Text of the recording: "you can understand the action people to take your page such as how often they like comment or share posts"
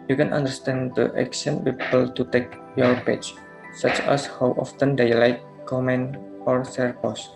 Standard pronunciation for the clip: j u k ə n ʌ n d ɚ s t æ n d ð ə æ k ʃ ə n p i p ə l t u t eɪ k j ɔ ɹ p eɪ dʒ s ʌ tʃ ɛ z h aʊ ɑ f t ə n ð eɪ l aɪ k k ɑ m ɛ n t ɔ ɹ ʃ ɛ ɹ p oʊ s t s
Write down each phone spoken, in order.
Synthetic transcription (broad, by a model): j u k ə n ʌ n d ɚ s t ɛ n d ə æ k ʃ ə n p i p ə l t u t eɪ k j ɔ ɹ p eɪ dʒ s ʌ tʃ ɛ s h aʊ ɑ f t ə n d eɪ l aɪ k k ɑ m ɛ n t ɔ ɹ s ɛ ɹ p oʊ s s